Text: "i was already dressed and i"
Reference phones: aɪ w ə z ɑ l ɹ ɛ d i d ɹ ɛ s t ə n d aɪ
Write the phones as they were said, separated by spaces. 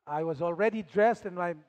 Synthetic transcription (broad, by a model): aɪ w ə z ɑ l ɹ ɛ d i d ɹ ɛ s t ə n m aɪ